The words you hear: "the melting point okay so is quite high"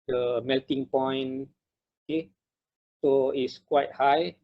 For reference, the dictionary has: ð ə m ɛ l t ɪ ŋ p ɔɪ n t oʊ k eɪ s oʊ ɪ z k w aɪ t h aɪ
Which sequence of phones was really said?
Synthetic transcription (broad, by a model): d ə m ɛ l t ɪ ŋ p ɔɪ n oʊ k eɪ s oʊ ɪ s k w aɪ t h aɪ